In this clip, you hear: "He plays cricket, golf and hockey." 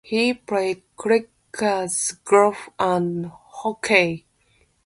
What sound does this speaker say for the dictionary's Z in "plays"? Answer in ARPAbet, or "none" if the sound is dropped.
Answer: none